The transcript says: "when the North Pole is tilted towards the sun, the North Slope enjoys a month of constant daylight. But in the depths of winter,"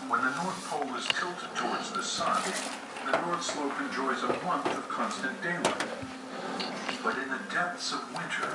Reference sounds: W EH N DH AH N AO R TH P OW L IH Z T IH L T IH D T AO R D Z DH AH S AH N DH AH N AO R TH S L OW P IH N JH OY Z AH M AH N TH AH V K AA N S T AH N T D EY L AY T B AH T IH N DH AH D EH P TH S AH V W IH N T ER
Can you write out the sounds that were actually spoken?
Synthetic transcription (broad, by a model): W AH N DH AH N AO R TH P OW L IH Z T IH L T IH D T AO R D Z DH AH S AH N DH AH N AO R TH S L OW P IH N JH OY Z AH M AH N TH AH V K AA N S T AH N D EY N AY B AH T IH N DH AH D EH P TH S AH V W IH N T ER